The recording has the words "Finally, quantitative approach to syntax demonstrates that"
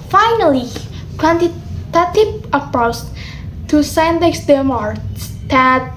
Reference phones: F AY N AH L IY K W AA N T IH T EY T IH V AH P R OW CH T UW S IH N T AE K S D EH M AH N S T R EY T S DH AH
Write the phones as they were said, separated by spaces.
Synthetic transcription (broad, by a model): F AY N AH L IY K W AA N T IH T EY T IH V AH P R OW S T UW S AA N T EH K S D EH M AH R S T EY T